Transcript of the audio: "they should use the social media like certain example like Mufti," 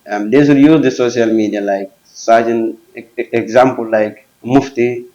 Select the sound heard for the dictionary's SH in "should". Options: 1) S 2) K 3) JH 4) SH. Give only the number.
1